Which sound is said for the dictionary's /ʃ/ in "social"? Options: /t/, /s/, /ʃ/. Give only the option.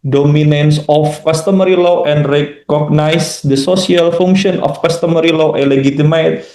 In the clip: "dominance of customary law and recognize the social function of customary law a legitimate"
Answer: /s/